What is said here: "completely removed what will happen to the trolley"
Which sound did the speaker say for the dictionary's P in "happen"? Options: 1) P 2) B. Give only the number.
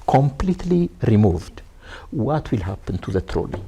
1